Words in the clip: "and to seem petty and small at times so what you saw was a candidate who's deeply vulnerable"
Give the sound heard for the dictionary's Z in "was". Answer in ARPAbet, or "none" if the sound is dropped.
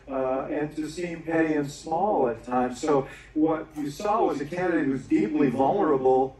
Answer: Z